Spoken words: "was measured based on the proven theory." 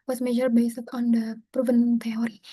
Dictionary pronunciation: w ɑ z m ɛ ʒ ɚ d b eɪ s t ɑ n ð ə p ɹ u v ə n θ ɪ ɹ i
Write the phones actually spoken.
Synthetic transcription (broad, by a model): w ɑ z m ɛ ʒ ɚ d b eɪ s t ɑ n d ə p ɹ u v ə n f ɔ ɹ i